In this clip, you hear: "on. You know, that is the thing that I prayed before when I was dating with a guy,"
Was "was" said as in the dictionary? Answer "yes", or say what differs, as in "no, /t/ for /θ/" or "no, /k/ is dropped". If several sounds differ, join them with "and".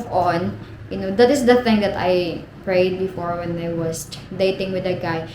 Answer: no, /s/ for /z/